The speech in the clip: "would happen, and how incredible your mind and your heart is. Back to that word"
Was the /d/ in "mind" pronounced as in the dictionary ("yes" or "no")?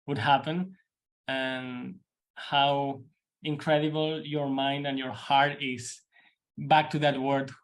yes